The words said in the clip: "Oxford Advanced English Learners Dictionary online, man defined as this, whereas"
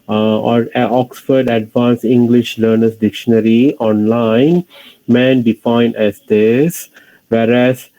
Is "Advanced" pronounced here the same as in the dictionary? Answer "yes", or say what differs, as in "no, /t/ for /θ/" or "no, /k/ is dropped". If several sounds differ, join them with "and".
no, /t/ is dropped